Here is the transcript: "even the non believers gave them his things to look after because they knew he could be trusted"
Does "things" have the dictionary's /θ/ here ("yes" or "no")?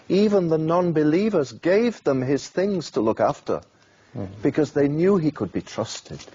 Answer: yes